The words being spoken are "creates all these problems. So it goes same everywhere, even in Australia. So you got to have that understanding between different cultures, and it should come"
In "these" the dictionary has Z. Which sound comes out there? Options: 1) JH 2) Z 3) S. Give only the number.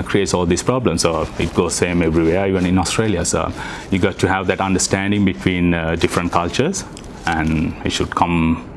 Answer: 3